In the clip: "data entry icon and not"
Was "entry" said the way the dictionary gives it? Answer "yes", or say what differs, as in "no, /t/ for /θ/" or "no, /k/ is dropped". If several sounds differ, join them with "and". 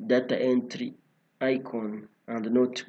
yes